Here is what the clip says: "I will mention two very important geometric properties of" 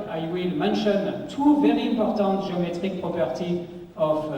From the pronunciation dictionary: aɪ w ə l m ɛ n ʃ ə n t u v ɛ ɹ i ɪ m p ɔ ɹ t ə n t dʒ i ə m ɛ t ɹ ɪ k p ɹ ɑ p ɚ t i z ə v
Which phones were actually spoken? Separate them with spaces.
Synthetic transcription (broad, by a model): aɪ w ə l m ɛ n ʃ ə n t u v ɛ ɹ i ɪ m p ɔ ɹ t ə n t ʒ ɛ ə m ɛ t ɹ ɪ k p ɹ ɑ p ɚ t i ə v